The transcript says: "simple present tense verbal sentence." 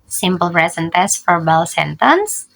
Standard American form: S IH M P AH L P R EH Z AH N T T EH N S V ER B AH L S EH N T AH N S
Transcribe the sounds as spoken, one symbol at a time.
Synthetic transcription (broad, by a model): S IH M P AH L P R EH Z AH N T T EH S F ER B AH L S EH N T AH N S